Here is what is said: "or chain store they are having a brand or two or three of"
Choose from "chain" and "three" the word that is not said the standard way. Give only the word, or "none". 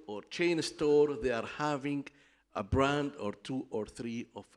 none